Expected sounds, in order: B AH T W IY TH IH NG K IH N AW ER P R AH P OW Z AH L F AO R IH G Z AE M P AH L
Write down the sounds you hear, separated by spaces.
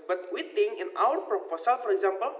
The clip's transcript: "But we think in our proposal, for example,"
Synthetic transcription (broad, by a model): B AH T W IY T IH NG IH N AW ER P R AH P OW S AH L F AO R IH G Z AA M P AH L